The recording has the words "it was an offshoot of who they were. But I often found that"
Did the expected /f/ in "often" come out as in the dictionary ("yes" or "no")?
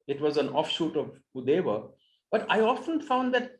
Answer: yes